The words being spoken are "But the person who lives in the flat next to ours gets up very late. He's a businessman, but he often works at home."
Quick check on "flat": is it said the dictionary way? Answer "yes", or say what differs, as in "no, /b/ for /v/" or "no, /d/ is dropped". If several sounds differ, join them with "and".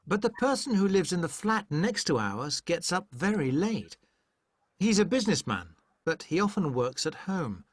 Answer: yes